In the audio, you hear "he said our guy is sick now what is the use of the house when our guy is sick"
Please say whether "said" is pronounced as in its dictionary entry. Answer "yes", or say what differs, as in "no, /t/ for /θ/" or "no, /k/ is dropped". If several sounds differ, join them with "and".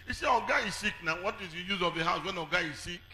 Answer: no, /d/ is dropped